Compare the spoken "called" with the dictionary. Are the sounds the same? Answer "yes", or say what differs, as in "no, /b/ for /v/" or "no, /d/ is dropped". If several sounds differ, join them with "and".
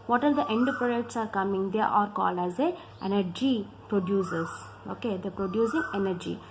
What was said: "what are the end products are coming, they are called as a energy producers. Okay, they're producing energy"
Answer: no, /d/ is dropped